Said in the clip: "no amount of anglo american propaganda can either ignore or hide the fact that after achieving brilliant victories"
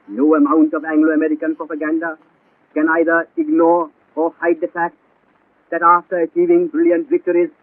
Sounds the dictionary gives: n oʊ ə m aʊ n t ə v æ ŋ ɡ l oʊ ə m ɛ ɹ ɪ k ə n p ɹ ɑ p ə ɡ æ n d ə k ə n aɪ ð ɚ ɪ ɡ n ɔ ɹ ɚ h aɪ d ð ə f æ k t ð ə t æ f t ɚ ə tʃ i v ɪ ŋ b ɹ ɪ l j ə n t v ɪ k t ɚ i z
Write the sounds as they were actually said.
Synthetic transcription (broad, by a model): n oʊ ə m aʊ n t ə v æ ŋ ɡ l oʊ ə m ɛ ɹ ɪ k ə n p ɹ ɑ p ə ɡ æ n d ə k ə n aɪ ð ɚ ɪ ɡ n ɔ ɹ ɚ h aɪ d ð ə f æ k t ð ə t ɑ f t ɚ ə tʃ i v ɪ ŋ b ɹ ɪ l j ə n t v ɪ k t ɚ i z